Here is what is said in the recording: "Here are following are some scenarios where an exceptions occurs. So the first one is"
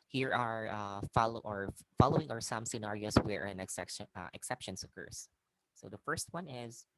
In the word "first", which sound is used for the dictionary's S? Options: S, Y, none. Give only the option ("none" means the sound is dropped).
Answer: S